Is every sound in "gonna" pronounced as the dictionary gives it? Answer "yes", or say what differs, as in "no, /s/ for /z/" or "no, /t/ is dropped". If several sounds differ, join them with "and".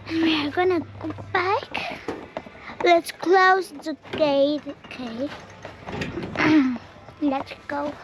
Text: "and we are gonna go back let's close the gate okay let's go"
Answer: yes